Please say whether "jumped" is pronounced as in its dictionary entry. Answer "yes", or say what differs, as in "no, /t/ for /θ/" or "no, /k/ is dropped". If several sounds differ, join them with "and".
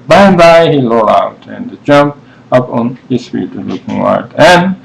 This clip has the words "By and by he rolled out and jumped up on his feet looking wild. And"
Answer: no, /t/ is dropped